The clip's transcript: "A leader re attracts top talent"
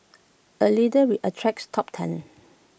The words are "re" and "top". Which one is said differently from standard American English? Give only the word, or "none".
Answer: re